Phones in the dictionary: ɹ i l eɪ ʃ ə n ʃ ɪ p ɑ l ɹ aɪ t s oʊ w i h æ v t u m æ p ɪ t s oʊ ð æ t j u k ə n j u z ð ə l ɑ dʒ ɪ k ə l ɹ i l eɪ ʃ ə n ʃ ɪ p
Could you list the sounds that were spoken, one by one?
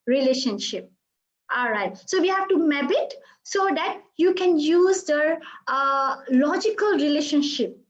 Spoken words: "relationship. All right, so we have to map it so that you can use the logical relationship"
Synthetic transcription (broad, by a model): ɹ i l eɪ ʃ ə n ʃ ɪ p ɑ l ɹ aɪ t s oʊ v i h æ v t u m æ b ɪ t s oʊ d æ t j u k ə n j u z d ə l ɑ dʒ ɪ k ə l ɹ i l eɪ ʃ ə n ʃ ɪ p